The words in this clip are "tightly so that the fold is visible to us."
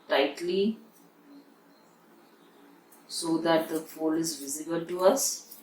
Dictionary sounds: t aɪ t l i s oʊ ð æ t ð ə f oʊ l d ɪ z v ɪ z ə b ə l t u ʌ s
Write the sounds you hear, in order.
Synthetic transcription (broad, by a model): t aɪ t l i s oʊ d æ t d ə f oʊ l ɪ z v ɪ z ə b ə l t u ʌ s